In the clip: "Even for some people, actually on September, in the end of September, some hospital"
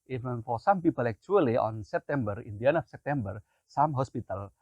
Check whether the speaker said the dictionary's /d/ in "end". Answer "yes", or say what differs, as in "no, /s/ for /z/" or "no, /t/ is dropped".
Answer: no, /d/ is dropped